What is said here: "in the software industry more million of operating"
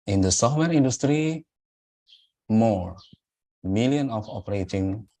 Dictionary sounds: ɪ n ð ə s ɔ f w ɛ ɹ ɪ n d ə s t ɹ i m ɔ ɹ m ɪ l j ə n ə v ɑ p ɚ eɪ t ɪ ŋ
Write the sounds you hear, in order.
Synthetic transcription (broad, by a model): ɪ n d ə s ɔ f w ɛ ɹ ɪ n d ə s t ɹ i m ɔ ɹ m ɪ l j ə n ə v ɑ p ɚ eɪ t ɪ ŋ